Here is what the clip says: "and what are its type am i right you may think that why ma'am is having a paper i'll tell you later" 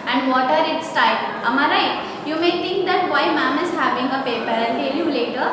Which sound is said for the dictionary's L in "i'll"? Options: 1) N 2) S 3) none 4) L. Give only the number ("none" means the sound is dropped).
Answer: 1